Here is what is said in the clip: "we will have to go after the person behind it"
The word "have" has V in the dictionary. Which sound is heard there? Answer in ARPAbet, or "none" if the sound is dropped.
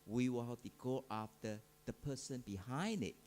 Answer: P